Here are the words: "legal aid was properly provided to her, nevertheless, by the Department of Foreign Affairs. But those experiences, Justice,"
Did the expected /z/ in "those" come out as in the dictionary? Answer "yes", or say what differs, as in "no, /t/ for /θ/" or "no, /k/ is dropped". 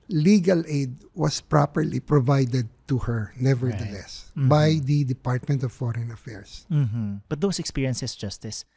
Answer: no, /s/ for /z/